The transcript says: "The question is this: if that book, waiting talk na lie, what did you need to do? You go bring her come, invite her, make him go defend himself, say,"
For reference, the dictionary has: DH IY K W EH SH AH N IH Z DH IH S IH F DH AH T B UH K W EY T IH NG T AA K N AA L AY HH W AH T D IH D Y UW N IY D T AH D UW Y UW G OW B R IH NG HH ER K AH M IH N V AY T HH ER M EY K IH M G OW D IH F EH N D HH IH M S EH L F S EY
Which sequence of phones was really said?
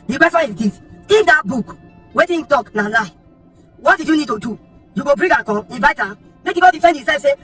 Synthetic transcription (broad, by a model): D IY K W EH S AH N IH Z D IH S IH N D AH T B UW K W EY T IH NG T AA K N AA L AY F W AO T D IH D Y UW N IY D T AH D UW Y UW G OW B R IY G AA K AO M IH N V AY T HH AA M EY K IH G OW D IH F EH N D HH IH S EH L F S EY